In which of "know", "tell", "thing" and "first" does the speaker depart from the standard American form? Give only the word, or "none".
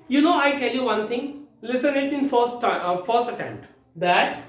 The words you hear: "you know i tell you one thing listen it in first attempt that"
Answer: thing